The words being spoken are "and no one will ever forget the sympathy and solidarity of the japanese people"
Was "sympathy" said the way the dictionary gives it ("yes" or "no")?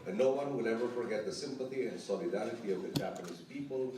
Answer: yes